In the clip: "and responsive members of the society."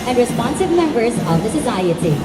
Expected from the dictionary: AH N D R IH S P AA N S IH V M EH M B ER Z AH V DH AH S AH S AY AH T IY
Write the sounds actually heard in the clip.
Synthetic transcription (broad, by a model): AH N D R IH S P AA N S IH V M EH M B ER Z AH V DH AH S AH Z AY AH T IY